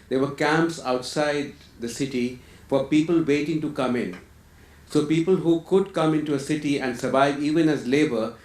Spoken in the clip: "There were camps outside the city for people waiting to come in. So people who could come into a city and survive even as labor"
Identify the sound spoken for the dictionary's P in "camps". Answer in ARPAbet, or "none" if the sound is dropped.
P